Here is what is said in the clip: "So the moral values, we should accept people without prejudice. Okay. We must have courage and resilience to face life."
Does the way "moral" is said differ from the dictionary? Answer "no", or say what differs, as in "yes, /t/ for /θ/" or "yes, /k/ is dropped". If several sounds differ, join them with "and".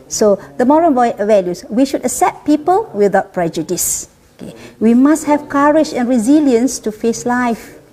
yes, /n/ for /l/